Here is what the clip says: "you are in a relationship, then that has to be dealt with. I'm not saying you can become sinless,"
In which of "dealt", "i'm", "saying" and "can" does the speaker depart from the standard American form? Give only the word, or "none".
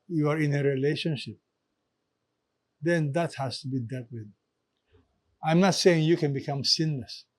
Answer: dealt